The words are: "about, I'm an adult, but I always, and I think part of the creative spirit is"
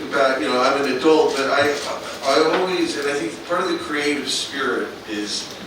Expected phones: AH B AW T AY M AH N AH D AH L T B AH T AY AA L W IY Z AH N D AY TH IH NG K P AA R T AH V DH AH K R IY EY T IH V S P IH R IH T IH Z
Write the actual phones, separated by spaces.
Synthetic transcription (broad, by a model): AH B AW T AY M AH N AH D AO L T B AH T AY AA L W IY Z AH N AY TH IH NG K P AA R T AH V DH AH K R IY EY T IH V S P IH R IH T IH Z